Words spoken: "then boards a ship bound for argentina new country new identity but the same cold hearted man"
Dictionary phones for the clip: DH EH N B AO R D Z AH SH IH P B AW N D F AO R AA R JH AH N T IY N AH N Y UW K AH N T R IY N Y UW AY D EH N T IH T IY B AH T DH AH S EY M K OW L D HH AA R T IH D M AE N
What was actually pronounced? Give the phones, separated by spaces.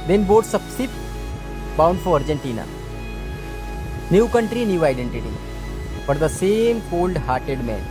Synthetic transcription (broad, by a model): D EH N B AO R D S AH S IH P B AW N D F AO R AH R JH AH N T IY N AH N Y UW K AH N T R IY N Y UW AY D EH N T IH T IY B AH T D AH S EY M K OW L D HH AA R T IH D M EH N